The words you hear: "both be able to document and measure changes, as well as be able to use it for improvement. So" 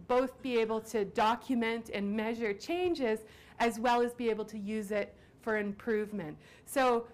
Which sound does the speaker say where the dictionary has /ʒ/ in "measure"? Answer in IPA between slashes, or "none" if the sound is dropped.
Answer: /ʒ/